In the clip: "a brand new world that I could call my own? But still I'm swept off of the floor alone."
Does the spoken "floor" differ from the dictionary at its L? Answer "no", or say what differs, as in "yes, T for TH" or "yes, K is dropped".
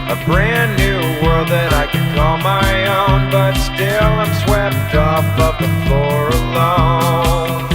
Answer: yes, L is dropped